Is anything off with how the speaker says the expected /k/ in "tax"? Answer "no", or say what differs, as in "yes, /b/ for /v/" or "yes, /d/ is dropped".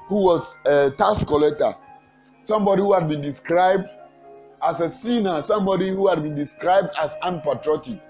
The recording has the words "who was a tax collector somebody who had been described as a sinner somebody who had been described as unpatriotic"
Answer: yes, /k/ is dropped